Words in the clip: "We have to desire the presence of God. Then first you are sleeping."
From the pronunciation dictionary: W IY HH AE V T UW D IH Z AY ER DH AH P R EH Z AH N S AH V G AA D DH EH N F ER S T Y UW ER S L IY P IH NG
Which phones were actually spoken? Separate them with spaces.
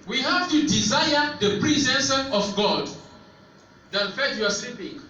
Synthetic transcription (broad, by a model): W IY HH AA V T UW D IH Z AY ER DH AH P R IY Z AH N S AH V G AA D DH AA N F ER T Y UW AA S L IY P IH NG